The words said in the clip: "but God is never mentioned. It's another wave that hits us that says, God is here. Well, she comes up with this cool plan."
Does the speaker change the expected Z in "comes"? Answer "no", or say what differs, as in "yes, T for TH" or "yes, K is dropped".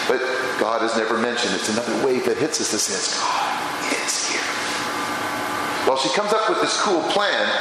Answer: no